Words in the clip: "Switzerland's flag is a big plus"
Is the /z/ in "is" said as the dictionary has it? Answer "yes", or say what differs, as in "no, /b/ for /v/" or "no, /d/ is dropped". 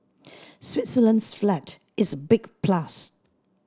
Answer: yes